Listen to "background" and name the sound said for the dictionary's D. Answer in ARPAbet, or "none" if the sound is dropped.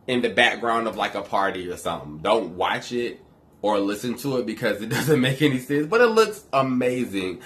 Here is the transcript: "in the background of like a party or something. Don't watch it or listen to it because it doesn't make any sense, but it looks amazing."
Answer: D